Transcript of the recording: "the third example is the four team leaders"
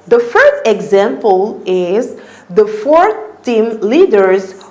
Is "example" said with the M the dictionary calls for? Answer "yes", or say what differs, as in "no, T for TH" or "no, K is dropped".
yes